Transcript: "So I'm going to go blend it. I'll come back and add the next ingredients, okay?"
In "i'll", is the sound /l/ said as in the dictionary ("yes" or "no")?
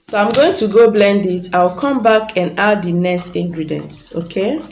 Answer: no